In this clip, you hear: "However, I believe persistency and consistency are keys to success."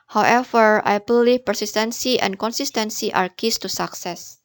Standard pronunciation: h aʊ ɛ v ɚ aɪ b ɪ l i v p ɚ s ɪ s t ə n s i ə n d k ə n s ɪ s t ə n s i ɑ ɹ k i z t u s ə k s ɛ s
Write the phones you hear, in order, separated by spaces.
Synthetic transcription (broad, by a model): h aʊ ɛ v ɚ aɪ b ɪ l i f p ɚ s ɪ s t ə n s i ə n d k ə n s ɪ s t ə n s i ɑ ɹ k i s t u s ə k s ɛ s